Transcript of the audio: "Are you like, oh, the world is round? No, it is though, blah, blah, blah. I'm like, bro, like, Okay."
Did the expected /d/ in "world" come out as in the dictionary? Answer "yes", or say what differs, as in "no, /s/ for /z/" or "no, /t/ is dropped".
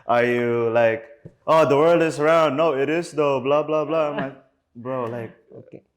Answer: yes